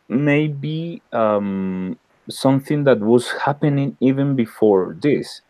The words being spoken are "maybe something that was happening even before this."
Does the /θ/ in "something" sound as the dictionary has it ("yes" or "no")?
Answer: yes